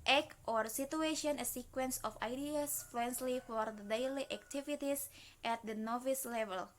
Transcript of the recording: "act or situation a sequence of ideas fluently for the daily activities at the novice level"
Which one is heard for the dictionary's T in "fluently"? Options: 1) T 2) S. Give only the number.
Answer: 2